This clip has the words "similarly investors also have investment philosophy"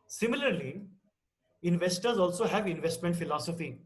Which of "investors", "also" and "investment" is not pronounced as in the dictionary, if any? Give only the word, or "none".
none